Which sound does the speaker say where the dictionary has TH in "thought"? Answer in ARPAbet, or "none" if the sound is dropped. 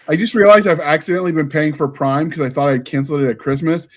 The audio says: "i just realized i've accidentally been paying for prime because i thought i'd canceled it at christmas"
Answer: TH